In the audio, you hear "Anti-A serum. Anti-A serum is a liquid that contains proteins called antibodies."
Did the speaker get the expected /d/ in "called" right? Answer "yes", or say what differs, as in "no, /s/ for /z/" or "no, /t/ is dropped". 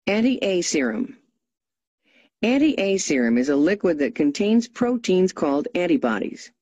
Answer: yes